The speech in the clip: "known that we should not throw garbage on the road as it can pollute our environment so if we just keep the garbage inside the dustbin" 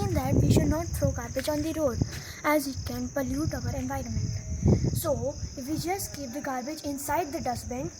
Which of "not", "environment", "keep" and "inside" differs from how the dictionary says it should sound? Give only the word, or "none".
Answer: none